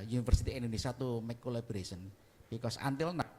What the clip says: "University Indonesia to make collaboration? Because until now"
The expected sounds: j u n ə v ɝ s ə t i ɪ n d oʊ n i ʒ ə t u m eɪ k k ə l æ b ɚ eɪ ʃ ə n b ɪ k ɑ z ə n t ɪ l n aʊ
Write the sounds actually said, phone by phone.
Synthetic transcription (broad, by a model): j u n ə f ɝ s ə t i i n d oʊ n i s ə t u m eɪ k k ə l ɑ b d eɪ s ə n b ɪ k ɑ s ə n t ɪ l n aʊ